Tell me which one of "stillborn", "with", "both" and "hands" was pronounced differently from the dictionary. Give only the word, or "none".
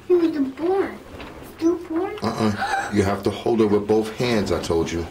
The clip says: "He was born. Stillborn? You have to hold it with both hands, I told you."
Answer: stillborn